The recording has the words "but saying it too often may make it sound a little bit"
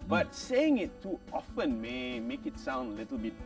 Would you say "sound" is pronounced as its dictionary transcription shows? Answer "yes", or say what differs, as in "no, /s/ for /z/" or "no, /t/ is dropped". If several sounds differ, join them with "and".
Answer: yes